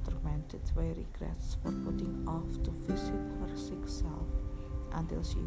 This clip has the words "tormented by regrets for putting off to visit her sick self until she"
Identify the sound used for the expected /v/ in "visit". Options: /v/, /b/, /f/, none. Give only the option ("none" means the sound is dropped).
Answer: /f/